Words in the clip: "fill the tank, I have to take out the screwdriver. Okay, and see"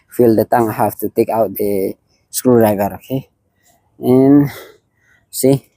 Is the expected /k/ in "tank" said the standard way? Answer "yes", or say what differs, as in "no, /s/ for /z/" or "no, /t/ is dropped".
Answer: no, /k/ is dropped